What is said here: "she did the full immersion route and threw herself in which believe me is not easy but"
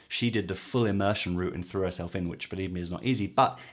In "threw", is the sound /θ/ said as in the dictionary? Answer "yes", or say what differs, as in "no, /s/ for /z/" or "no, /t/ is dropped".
yes